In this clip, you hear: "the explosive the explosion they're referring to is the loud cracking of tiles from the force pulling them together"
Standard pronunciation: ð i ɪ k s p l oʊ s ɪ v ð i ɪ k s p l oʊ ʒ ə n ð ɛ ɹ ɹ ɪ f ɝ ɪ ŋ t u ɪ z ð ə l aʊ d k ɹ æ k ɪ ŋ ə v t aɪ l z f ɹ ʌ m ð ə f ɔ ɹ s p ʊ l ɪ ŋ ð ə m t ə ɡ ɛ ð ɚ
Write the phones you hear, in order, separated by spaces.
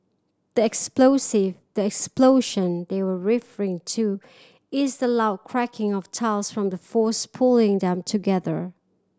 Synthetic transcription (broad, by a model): ð i ɪ k s p l oʊ s ɪ v ð i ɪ k s p l oʊ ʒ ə n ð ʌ ɹ ɹ ɪ f ɝ ɪ ŋ t u ɪ z ð ə l aʊ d k ɹ æ k ɪ ŋ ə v t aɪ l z f ɹ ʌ m ð ə f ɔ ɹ s p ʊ l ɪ ŋ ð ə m t ə ɡ ɛ ð ɚ